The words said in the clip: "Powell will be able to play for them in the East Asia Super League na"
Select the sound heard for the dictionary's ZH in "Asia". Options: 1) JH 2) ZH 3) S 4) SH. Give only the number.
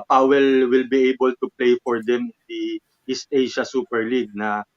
4